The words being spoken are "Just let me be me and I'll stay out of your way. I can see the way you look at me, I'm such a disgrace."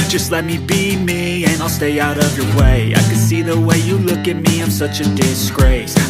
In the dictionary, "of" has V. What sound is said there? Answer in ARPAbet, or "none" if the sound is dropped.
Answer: V